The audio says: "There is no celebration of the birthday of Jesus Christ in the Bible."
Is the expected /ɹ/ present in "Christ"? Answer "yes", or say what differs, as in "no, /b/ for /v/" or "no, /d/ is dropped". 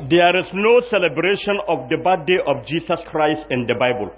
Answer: yes